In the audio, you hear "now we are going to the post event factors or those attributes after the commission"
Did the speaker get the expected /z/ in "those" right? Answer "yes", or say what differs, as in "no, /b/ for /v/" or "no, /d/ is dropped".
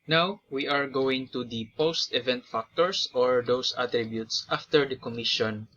no, /s/ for /z/